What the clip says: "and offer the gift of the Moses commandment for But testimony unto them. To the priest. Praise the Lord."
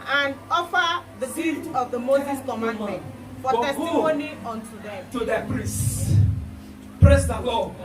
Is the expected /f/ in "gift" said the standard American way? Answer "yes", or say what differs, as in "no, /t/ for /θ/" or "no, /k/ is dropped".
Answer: no, /f/ is dropped